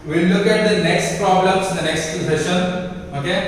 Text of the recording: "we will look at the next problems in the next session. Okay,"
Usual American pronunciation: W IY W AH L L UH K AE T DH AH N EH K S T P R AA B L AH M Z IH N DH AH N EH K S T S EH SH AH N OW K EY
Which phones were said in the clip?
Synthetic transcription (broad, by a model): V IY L L UH K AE T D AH N EH K S T P R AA B L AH M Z IH N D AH N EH K S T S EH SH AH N OW K EY